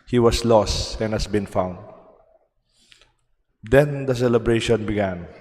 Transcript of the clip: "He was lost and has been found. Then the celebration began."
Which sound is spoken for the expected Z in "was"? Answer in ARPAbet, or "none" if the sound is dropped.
S